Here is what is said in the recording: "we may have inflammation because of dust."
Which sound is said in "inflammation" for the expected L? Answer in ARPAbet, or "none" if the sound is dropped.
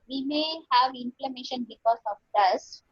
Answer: L